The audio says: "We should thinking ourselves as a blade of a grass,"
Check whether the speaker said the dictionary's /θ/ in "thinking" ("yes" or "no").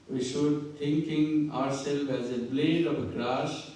no